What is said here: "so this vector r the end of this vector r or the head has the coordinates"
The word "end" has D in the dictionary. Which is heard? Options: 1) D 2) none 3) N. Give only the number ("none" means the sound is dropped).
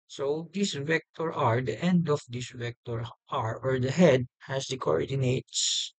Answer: 1